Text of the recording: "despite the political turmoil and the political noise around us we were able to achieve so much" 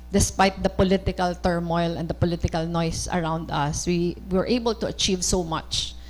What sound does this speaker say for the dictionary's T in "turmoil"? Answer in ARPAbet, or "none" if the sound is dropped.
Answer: T